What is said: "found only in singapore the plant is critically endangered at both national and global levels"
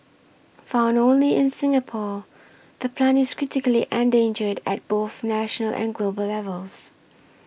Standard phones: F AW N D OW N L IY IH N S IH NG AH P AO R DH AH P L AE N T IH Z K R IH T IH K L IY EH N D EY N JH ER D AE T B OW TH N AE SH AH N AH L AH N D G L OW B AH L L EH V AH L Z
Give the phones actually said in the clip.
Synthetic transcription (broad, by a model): F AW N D OW N L IY IH N S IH NG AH P AO DH AH P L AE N IH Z K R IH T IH K L IY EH N D EY N JH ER D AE T B OW TH N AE SH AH N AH L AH N G L OW B AH L L EH V AH L Z